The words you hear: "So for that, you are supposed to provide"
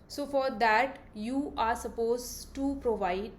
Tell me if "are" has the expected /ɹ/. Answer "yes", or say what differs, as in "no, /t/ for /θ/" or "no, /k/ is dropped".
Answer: yes